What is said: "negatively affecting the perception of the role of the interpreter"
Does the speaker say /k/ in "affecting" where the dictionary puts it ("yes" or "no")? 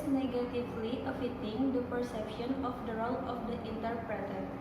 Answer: no